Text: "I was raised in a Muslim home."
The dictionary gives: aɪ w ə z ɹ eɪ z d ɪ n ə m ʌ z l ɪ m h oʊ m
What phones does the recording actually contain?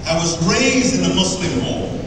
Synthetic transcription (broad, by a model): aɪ w ə z ɹ eɪ z d ɪ n ə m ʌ s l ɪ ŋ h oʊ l